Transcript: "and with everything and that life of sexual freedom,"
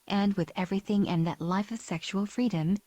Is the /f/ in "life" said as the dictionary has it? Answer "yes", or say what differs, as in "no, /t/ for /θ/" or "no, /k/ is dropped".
yes